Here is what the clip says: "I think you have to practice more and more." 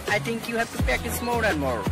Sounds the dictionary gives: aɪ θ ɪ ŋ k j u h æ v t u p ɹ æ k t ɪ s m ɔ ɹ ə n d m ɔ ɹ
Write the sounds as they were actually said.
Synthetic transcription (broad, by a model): aɪ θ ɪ ŋ k j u h æ v t u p æ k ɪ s m ɔ ɹ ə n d m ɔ ɹ